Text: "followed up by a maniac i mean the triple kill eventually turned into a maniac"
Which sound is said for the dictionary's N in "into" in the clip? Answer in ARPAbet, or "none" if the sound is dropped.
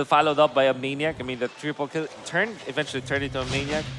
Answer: none